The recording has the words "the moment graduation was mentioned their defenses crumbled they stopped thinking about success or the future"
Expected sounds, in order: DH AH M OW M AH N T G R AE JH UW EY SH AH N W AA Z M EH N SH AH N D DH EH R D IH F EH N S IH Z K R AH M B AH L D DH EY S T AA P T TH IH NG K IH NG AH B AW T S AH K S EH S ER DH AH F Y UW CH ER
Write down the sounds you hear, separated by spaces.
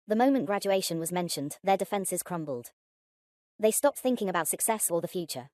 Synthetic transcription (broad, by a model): DH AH M OW M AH N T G R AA JH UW EY SH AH N W AA Z M EH N SH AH N DH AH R D IH F EH N S IH Z K R AH M B AH L D DH EY S T AA P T TH IH NG K IH NG AH B AW T S AH K S EH S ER DH AH F Y UW CH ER